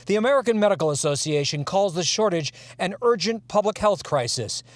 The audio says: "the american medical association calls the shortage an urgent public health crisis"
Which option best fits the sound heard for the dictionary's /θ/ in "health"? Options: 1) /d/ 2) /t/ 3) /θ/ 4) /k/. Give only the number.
3